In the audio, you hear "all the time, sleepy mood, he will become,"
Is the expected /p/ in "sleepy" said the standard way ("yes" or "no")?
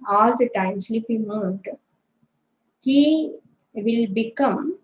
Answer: no